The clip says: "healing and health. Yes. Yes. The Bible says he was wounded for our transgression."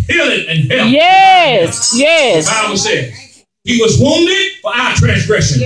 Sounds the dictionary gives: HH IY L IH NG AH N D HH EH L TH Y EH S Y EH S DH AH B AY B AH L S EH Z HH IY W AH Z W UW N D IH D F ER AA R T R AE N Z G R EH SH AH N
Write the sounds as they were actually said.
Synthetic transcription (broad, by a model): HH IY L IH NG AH N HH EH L Y EH S Y EH S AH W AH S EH HH IY W AH Z W UW N D IH D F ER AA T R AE N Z G R EH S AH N